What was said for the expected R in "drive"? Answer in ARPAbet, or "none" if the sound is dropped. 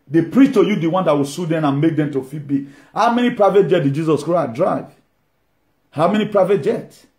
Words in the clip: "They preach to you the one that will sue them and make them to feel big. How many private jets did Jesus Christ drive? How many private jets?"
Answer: R